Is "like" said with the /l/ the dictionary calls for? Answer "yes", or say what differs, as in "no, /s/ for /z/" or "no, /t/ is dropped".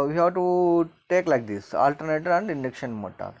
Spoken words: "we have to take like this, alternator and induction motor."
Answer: yes